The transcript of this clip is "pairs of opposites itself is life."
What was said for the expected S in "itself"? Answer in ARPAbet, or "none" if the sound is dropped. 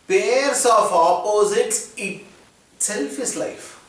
none